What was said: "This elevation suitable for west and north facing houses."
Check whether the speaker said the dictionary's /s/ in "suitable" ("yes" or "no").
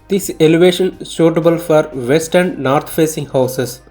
no